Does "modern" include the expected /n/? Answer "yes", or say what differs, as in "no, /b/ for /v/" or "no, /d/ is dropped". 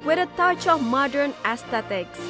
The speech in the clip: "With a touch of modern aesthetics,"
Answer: yes